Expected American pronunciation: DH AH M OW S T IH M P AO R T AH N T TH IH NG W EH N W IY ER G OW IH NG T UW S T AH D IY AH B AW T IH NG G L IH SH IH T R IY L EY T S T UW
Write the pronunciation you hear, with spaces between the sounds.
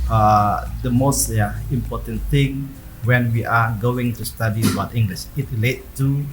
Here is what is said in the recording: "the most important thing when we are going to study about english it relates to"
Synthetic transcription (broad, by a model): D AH M OW S T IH M P AO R T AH N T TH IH NG W EH N W IY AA G OW IH NG T UW S T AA D IY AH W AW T IH NG G L IH SH IH T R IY L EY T T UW